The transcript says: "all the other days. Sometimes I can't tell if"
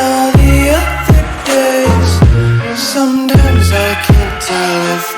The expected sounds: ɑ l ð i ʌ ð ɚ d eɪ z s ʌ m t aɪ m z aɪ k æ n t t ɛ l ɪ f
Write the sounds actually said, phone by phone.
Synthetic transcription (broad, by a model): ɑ ð i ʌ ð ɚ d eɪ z s ʌ m t aɪ m z aɪ k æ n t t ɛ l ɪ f